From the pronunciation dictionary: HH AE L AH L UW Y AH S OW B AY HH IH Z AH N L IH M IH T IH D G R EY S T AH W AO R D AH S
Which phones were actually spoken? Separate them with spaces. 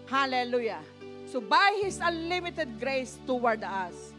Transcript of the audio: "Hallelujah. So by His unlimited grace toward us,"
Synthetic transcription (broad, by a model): HH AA L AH L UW Y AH S OW B AY HH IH S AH L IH M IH T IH D G R EY S T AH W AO R D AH S